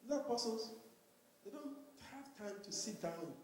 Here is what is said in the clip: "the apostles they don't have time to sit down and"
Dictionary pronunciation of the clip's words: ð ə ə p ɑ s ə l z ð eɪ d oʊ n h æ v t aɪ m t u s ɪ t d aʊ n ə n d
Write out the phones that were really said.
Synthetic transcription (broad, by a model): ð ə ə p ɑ s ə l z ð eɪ d oʊ n h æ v t aɪ m t u s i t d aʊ ə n